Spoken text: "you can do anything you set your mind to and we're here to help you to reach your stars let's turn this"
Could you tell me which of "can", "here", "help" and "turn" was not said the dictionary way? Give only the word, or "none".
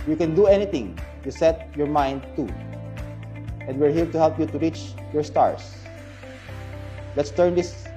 here